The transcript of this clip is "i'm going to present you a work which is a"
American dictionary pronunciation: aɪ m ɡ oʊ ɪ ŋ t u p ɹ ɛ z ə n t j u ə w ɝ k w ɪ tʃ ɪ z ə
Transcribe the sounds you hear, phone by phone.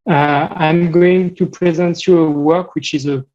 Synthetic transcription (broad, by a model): aɪ m ɡ oʊ ɪ ŋ t u p ɹ ɛ z ə n t j u ə w ɝ k w ɪ tʃ ɪ z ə